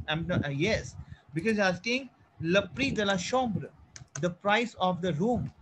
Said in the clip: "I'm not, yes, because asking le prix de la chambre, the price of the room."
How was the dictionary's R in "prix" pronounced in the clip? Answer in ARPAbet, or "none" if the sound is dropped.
R